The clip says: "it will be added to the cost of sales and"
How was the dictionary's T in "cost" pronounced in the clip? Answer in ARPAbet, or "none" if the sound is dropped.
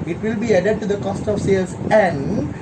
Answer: T